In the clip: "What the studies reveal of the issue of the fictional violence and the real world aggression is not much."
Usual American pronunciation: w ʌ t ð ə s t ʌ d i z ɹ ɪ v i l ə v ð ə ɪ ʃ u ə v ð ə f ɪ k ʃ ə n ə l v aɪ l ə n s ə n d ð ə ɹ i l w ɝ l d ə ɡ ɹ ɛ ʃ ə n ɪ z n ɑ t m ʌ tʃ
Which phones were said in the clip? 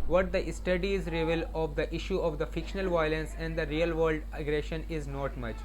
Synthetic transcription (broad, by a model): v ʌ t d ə s t ʌ d i z ɹ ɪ v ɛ l ə v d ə ɪ ʃ u ə v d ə f ɪ k ʃ ə n ə l v aɪ l ə n s ə n d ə ɹ i l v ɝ l d ə ɡ ɹ ɛ ʃ ə n ɪ z n ɑ t m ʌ tʃ